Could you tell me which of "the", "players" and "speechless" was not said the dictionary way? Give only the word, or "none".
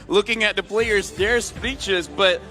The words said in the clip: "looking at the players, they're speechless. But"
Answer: speechless